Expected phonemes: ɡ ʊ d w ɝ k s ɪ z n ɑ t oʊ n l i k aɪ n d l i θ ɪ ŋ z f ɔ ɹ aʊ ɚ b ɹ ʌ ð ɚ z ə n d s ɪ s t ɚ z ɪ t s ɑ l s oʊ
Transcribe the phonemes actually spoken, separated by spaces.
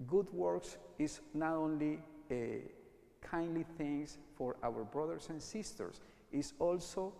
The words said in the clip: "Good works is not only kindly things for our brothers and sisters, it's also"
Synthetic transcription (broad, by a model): ɡ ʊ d w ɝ k s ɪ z n ɑ t oʊ n l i k aɪ n d l i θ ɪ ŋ s f ɔ ɹ aʊ ɚ b ɹ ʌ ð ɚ s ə n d s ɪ s t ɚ s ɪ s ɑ l s oʊ